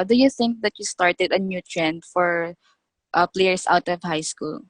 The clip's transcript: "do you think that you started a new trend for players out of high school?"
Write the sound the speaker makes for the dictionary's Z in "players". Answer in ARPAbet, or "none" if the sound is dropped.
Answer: S